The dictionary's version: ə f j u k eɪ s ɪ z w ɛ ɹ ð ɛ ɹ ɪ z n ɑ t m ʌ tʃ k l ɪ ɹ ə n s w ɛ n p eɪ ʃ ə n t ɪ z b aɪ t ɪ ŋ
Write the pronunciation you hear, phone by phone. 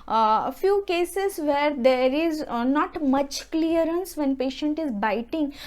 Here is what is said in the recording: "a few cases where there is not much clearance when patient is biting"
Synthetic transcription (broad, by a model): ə f j u k eɪ s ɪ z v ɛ ɹ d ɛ ɹ ɪ z n ɑ t m ʌ tʃ k l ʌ ɹ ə n s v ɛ n p eɪ ʃ ə n t ɪ z b aɪ t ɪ ŋ